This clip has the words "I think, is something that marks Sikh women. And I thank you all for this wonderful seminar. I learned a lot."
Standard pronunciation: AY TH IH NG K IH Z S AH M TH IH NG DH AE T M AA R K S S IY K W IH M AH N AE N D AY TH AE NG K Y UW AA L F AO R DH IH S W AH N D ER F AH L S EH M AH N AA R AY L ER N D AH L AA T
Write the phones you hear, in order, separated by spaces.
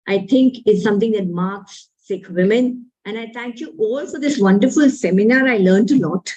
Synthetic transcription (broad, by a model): AY T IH NG K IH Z S AH M T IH NG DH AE T M AA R K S S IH K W IH M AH N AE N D AY T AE NG K Y UW AA L F AO R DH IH S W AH N D ER F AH L S EH M AH N AA R AY L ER N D AH L AA T